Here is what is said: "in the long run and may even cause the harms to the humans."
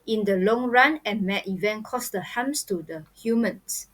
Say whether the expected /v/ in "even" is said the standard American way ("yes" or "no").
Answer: yes